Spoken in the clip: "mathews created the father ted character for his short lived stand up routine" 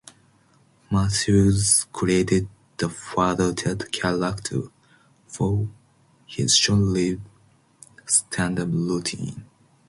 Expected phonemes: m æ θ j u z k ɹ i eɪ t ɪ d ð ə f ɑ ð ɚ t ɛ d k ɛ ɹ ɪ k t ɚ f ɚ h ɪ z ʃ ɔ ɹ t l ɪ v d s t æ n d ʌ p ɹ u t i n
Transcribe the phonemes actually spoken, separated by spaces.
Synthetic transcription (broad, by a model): m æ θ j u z k ɹ i eɪ t ɪ d ð ə f ɑ ð ɚ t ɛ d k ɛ l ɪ k t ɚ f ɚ h ɪ z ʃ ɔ l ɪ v s t æ n d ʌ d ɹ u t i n